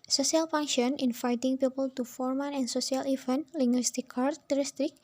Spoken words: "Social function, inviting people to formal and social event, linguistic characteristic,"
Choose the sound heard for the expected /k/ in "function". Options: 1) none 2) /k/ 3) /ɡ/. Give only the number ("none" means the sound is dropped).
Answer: 1